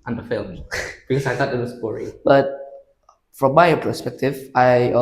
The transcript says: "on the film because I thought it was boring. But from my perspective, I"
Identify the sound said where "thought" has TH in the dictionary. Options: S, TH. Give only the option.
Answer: S